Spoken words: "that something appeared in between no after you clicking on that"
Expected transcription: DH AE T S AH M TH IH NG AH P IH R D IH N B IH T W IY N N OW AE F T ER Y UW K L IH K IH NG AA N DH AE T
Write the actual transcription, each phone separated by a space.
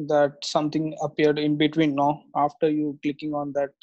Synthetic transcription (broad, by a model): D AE T S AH M T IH NG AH P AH R D IH N B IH T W IY N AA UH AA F T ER Y UW K L IH K IH NG AA N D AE T